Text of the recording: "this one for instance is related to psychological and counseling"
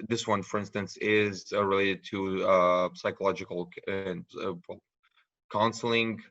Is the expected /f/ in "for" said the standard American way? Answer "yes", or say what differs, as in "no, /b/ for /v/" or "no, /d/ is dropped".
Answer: yes